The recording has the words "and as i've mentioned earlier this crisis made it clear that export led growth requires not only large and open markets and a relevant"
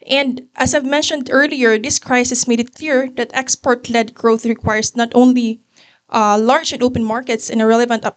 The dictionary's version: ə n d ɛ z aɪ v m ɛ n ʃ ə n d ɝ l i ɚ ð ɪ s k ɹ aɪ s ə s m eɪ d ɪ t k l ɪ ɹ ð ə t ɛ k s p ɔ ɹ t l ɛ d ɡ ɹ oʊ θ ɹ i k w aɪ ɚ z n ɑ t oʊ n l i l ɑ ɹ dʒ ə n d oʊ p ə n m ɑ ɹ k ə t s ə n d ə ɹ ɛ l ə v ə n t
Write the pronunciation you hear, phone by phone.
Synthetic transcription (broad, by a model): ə n d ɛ s aɪ v m ɛ n ʃ ə n d ɝ l i ɚ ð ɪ s k ɹ aɪ s ə s m eɪ d ɪ t k l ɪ ɹ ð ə t ɛ k s p ɔ ɹ t l ɛ d ɡ ɹ oʊ θ ɹ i k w aɪ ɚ s n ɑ t oʊ n l i l ɑ ɹ dʒ ə n d oʊ p ə n m ɑ ɹ k ə t s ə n ə ɹ ɛ l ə v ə n t